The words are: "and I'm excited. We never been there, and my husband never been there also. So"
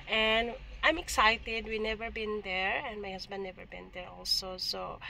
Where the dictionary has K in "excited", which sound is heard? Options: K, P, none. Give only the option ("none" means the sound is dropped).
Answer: K